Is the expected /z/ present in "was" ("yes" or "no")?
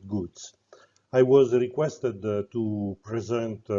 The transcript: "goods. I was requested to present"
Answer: yes